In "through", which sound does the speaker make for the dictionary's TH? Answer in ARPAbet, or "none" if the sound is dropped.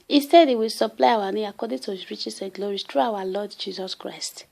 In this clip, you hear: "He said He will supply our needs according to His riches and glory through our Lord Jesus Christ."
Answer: T